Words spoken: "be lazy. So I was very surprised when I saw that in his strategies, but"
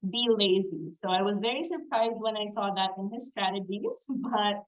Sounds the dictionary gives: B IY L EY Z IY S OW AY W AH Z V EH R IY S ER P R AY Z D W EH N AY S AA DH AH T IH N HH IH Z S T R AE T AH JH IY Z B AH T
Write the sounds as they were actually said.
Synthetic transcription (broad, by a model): B IY L EY Z IY S OW AY W AH Z V EH R IY S ER P R AY Z D W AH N AY S AA DH AH T IH N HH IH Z S T R AE T AH JH IY Z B AH T